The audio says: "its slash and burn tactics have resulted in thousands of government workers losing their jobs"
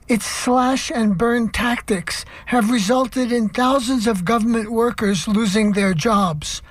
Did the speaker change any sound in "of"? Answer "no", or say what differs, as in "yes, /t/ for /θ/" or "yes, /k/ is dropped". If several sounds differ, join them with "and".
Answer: no